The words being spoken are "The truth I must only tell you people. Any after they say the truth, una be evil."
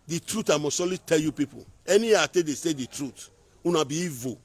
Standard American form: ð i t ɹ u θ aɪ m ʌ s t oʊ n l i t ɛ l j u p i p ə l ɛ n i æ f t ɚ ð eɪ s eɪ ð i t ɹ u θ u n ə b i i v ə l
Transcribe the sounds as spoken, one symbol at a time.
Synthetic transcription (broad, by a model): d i t ɹ u t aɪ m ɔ s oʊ l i t ɛ l j u p i p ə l ɛ n i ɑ t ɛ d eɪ s eɪ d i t ɹ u t u n ə b i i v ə